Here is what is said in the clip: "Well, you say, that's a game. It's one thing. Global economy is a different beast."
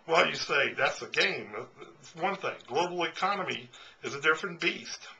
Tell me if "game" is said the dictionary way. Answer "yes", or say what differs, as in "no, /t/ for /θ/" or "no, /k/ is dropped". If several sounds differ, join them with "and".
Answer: no, /m/ is dropped